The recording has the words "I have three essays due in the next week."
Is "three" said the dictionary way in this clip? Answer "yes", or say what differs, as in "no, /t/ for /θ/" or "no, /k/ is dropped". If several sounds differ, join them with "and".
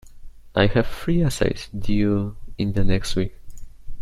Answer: no, /f/ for /θ/